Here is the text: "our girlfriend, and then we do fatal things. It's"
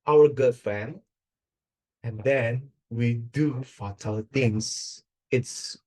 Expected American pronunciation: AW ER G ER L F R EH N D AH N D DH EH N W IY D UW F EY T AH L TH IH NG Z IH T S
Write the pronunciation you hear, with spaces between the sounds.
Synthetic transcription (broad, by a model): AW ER G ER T F EH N AH N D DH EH N W IY D UW F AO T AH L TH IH NG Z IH T S